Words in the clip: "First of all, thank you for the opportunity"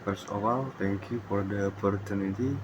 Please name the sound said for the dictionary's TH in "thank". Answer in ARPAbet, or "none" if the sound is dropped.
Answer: T